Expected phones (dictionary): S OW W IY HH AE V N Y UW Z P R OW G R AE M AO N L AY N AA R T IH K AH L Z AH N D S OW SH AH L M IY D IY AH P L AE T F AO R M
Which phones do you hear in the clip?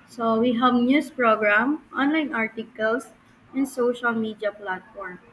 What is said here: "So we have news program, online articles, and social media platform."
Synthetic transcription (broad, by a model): S OW W IY HH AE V N Y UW S P R OW G R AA M AO N L AY N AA R T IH K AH L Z AH N D S OW SH AH L M IY D IY AH P L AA T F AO R M